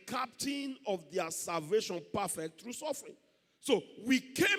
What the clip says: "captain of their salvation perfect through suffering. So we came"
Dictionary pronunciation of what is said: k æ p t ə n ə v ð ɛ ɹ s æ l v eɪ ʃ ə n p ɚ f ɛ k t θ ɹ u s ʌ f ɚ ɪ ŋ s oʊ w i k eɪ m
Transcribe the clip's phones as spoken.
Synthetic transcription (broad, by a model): k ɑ p t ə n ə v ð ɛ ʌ s æ l v eɪ ʃ ə n p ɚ f ɛ k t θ ɹ u s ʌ f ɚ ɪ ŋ s oʊ w i k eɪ